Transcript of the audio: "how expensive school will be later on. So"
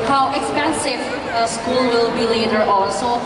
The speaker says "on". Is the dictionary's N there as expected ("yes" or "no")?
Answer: no